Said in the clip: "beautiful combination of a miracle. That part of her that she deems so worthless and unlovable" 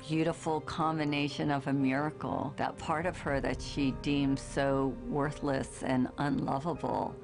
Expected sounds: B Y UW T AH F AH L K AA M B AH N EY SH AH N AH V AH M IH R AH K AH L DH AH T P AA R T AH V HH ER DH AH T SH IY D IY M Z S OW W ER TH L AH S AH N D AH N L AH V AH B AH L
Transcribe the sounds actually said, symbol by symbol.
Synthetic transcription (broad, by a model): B Y UW T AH F L K AA M B AH N EY SH AH N AH V AH M IH R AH K L DH AH T P AA R T AH V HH ER DH AH T SH IY D IY M Z S OW W ER TH L AH S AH N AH N L AH V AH B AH L